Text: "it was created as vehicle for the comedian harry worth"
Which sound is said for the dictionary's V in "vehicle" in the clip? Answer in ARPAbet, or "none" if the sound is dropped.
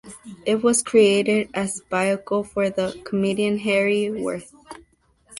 B